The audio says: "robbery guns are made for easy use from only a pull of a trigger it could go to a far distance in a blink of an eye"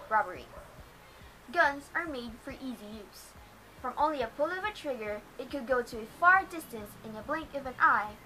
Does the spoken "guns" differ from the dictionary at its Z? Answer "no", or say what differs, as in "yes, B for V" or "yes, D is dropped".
no